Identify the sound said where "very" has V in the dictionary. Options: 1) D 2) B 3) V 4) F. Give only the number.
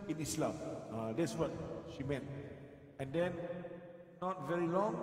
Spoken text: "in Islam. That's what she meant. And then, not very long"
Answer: 3